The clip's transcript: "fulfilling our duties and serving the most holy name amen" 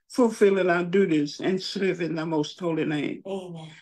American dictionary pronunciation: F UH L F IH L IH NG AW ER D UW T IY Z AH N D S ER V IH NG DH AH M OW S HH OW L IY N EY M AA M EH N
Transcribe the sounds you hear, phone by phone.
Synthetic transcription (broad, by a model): F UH L F IH L IH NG AW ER D UW T IY Z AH N S ER V IH NG DH AH M OW S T OW L IY N EY AA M